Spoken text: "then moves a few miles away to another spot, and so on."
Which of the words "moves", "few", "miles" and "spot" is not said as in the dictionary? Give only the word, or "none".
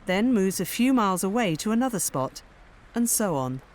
none